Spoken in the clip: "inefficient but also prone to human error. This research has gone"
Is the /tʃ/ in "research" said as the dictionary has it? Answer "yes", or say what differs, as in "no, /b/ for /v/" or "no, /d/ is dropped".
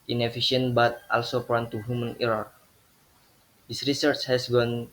yes